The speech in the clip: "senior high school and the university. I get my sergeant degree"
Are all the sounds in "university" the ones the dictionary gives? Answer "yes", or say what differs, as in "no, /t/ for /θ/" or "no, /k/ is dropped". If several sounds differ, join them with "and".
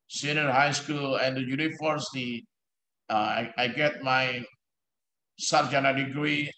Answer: no, /f/ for /v/